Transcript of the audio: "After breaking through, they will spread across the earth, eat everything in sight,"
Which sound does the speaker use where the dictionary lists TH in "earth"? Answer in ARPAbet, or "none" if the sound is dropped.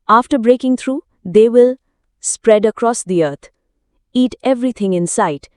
T